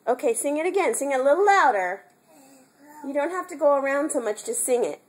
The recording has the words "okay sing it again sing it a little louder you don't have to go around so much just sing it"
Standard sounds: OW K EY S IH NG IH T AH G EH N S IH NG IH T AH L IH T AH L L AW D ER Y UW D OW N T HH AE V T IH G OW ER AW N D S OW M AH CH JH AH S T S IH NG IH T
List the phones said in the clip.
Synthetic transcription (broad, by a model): OW K EY S IH NG IH T AH G EH N S IH NG IH T AH L IH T L L AW D ER Y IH D OW N T HH AE F T IH G OW ER AW N D S OW M AH CH JH AH S T S IH NG IH T